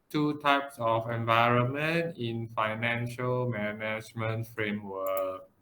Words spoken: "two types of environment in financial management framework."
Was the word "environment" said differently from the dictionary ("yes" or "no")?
no